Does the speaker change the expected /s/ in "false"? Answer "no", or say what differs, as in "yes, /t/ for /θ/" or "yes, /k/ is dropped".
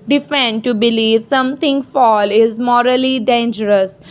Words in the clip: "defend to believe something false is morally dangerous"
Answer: yes, /s/ is dropped